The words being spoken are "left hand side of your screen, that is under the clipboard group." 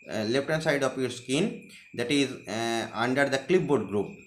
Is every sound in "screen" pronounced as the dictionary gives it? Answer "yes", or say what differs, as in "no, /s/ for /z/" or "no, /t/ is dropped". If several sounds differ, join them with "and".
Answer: no, /ɹ/ is dropped